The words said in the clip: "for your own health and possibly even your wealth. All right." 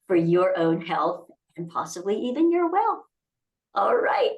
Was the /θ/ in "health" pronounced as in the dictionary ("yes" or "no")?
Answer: yes